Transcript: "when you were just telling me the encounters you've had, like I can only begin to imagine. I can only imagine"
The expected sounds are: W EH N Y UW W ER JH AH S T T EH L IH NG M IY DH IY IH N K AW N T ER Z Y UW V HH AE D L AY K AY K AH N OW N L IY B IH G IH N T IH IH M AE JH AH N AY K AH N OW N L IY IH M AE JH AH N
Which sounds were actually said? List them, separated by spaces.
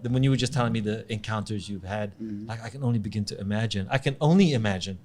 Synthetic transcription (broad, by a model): W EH N Y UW W ER JH AH S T T EH L IH NG M IY DH IY IH N K AW N T ER Z Y UW V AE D L AY K AY K AH N OW N L IY B IH G IH N T IH IH M AE JH AH N AY K AH N OW N L IY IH M AE JH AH N